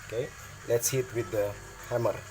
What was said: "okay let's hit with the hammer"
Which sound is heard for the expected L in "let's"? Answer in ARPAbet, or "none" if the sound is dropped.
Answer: L